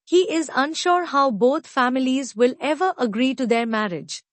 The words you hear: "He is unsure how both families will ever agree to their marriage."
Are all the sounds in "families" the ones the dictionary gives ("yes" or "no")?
yes